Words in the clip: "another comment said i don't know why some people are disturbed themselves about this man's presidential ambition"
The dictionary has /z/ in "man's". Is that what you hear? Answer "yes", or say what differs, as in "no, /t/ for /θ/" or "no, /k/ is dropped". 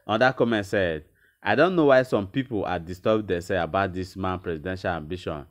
no, /z/ is dropped